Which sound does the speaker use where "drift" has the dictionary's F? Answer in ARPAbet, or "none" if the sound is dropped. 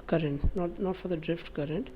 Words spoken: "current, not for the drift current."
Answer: F